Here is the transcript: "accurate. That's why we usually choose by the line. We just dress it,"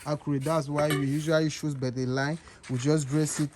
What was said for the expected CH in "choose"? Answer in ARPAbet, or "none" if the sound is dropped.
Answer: SH